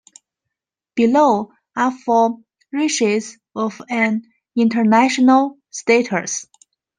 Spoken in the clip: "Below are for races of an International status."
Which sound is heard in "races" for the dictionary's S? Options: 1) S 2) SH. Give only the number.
2